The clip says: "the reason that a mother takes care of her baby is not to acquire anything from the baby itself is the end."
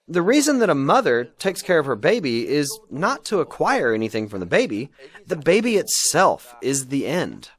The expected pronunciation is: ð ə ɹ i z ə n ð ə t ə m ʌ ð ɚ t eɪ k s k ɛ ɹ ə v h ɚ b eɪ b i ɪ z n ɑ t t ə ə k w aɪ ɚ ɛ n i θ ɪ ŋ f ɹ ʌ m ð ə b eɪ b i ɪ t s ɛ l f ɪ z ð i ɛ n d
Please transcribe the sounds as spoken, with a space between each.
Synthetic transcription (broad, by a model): ð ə ɹ i z ə n ð ə t ə m ʌ ð ɚ t eɪ k s k ɛ ɹ ə v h ɚ b eɪ b i ɪ z n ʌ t t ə ə k w aɪ ɚ ɛ n i θ ɪ ŋ f ɹ ʌ m ð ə b eɪ b i ɪ t s ɛ l f ɪ z ð i ɛ n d